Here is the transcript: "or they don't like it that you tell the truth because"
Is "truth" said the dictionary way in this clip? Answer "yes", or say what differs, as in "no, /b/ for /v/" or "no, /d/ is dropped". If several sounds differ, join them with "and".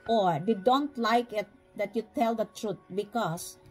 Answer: no, /t/ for /θ/